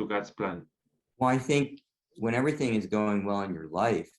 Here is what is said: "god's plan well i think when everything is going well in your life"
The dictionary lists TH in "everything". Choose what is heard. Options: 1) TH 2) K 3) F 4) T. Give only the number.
1